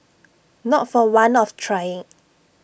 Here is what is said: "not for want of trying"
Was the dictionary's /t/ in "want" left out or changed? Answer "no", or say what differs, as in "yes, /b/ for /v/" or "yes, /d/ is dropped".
yes, /t/ is dropped